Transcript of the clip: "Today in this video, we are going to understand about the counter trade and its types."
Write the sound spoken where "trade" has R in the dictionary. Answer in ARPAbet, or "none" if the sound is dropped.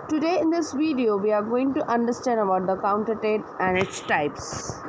none